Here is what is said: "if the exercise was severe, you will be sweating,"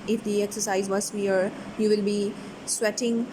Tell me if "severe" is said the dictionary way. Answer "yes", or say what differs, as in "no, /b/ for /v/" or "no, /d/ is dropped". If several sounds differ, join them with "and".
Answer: no, /v/ is dropped